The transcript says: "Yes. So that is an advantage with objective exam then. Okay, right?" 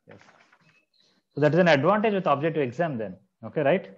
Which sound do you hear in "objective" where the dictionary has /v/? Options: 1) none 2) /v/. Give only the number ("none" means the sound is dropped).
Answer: 1